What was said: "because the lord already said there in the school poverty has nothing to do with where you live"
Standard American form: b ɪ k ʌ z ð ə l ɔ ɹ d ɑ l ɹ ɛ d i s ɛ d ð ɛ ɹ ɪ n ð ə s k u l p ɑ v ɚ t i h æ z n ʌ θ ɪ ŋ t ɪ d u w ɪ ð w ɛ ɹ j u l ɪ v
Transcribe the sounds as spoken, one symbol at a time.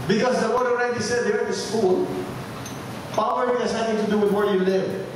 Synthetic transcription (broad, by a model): b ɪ k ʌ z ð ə w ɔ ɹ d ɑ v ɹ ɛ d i s ɛ d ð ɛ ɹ ɪ n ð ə s k u l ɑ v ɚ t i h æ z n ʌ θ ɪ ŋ t ɪ d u w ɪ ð w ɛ ɹ j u l ɪ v